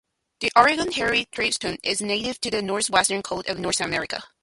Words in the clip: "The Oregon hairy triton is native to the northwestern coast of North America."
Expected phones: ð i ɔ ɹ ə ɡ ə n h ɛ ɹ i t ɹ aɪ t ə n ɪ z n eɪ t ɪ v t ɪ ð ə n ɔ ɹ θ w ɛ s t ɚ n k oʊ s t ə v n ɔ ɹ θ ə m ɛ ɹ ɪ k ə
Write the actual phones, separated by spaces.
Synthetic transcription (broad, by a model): ð i ɔ ɹ ə ɡ ə n h ɛ ɹ i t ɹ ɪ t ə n ɪ z n eɪ t ɪ v t ɪ ð ə n ɔ ɹ θ w ɛ s t ɚ n k oʊ t ə v n ɔ ɹ θ ə m ɛ ɹ ɪ k ə